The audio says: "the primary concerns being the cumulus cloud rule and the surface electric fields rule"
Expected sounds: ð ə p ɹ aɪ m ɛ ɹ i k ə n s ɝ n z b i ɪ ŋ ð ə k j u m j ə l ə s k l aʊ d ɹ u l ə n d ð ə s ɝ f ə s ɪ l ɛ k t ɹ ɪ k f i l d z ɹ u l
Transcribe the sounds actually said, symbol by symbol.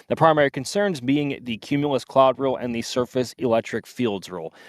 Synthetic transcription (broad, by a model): ð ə p ɹ aɪ m ɛ ɹ i k ə n s ɝ n z b i ɪ ŋ ð ə k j u m j l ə s k l aʊ d ɹ u l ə n ð ə s ɝ f ə s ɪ l ɛ k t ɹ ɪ k f i l d z ɹ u l